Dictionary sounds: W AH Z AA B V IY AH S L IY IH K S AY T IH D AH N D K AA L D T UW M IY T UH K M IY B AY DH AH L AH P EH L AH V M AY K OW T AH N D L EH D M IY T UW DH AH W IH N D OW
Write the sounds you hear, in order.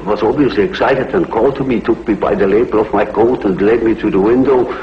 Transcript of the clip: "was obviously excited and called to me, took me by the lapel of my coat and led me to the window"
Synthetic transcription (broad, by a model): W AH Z AA B V IY AH S L IY IH K S AY T IH D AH N K AA L D T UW M IY T UH K M IY B AY DH AH L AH B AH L AH V M AY K OW T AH N L EH D M IY T UW DH AH W IH N D OW